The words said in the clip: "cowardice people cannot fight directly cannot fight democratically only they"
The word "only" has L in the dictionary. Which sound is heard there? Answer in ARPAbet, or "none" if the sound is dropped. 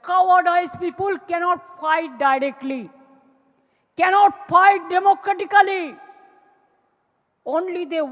L